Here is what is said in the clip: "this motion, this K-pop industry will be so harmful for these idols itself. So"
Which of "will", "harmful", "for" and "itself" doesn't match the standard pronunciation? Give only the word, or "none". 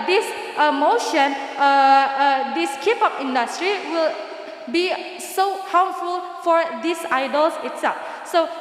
harmful